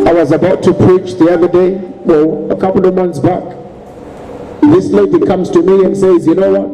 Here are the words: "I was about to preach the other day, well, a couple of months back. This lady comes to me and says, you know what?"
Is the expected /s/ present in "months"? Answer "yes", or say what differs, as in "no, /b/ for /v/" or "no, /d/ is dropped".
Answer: yes